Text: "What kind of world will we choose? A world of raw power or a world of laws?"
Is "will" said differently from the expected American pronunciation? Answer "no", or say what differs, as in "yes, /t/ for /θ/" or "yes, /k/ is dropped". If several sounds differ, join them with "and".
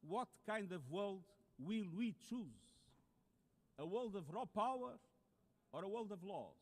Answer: no